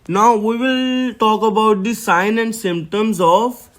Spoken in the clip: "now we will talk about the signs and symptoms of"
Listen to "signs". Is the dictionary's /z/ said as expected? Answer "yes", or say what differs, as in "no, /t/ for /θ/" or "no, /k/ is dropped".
no, /z/ is dropped